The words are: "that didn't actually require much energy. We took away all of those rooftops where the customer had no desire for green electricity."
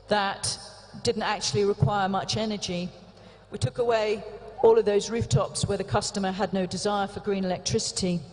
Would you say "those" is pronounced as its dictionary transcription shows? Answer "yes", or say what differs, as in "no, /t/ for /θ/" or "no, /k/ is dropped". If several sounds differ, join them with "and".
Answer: yes